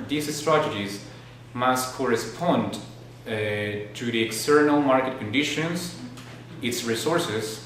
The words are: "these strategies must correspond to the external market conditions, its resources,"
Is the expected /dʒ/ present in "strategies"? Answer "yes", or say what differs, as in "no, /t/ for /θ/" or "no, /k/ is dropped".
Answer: yes